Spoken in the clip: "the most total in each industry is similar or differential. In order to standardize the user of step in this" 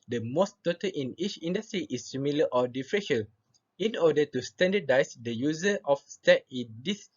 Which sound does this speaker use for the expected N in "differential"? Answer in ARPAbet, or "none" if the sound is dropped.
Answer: none